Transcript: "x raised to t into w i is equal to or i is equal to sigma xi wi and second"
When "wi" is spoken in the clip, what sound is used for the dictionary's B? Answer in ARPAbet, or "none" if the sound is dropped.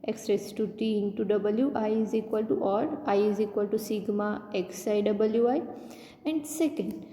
B